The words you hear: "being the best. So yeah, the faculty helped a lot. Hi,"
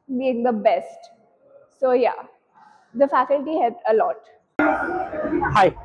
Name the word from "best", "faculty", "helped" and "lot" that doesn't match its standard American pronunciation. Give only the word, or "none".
helped